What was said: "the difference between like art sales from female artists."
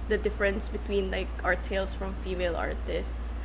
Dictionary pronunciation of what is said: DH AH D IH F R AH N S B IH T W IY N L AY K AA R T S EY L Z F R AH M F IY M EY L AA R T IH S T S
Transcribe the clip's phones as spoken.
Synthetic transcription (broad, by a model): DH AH D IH F R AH N S B IH T W IY N L AY K AA R T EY L S F R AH M F IY M EY L AA R T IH S T S